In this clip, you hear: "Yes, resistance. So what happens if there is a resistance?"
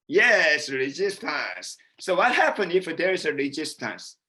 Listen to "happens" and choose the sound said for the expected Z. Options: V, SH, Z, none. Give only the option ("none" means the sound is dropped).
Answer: none